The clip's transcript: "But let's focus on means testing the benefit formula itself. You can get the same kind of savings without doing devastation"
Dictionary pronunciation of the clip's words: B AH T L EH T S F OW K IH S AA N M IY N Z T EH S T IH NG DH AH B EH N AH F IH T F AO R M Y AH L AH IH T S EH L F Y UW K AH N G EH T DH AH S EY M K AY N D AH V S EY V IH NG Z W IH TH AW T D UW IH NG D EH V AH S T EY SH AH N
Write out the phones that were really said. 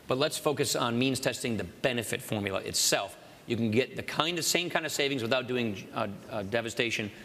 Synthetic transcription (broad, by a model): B AH T L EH T S F OW K IH S N M IY N Z T EH S T IH NG DH AH B EH N AH F IH T F AO R M Y L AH IH T S EH L F Y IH K N G EH T DH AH S EY M K AY N D AH V S EY V IH NG Z W IH TH AW T D UW IH NG D EH V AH S T EY SH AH N